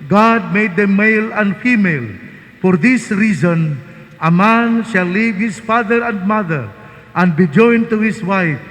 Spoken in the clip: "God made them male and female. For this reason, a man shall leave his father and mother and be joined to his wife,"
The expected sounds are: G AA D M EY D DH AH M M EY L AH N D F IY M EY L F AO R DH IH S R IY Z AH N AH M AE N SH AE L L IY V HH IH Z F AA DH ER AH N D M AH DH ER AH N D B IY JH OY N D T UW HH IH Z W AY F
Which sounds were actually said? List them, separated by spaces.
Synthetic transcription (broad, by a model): G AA D M EY D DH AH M M EY L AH N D F IY M EY L F AO R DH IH S R IY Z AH N AH M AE N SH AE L L IY V HH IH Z F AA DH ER AH N D M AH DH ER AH N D B IY JH OY N T UW HH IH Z W AY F